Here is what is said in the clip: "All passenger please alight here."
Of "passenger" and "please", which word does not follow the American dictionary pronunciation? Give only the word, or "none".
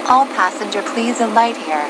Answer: none